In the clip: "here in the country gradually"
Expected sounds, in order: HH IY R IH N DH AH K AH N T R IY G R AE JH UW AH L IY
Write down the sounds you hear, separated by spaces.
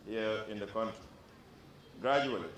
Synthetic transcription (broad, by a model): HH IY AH IH N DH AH K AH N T IY G R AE JH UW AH L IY